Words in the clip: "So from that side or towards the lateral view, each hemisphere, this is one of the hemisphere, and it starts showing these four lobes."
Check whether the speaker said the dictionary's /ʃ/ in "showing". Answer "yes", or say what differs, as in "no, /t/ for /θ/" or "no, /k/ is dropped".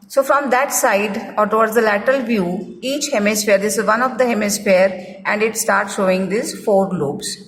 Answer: yes